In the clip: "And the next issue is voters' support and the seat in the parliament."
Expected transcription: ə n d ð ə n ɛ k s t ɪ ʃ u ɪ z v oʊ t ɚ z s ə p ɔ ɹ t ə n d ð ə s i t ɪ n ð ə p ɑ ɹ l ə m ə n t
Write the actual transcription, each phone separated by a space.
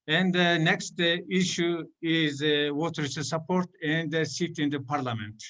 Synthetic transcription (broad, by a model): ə n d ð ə n ɛ k s t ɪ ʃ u ɪ z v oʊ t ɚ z s ə p ɔ ɹ t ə n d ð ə s i t ɪ n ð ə p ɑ ɹ l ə m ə n t